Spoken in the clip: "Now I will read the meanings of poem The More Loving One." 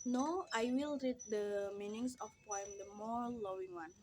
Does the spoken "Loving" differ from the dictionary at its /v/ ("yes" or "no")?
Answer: yes